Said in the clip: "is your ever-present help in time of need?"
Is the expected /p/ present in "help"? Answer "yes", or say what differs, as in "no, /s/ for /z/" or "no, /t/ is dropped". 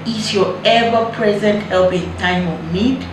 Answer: no, /b/ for /p/